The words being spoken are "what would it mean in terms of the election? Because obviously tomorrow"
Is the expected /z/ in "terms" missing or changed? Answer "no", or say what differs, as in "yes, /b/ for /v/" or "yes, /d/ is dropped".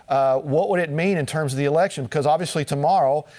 no